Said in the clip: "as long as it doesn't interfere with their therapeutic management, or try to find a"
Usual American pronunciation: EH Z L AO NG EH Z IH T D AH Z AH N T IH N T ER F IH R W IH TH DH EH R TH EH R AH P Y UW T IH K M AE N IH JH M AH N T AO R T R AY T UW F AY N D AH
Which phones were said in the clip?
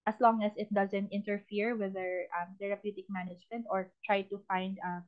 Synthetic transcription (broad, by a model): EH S L AO NG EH S IH T D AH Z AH N T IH N T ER F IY R W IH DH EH R T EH R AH P Y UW T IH K M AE N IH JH M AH N T AO R T R AY T UW F AY N D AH